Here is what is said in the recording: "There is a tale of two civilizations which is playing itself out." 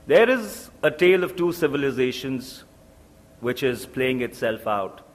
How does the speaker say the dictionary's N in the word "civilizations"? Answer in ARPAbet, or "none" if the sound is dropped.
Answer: N